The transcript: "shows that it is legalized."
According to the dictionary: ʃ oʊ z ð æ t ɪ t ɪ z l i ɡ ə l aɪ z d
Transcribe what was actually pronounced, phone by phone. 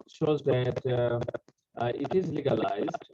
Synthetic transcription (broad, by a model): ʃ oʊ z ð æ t ɪ t ɪ z l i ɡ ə l aɪ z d